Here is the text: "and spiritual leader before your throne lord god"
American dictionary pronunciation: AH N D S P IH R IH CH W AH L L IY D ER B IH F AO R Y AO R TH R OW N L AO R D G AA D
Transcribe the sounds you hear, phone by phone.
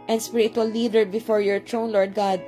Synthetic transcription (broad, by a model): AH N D S P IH R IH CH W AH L L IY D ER B IH F AO R Y AO R T R OW N L AO R D G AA D